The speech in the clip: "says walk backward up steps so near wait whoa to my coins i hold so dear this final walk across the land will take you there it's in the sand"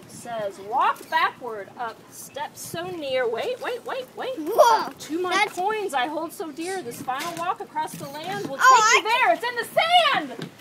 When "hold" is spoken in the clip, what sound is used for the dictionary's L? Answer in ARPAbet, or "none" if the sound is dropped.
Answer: L